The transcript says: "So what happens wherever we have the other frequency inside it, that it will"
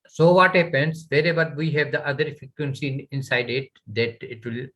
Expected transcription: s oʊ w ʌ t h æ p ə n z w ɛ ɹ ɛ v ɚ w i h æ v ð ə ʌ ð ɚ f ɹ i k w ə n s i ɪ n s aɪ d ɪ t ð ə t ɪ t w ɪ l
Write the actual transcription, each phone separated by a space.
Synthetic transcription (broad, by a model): s oʊ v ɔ t h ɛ p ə n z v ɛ ɹ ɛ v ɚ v i h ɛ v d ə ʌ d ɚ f i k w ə n s i ɪ n s aɪ d ɪ t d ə t ɪ t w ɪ l